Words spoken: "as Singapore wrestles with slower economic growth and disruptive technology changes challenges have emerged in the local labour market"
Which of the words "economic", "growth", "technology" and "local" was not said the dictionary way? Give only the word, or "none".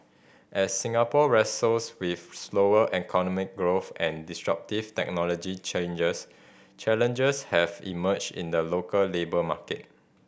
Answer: none